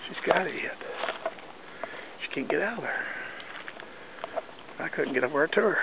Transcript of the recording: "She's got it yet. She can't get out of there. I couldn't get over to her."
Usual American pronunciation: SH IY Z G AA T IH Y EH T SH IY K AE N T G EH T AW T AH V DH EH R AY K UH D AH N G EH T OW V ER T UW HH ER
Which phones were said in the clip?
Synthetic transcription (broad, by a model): SH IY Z G AA T IH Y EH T SH IY K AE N G EH T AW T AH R AY K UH D N G EH T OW ER T UW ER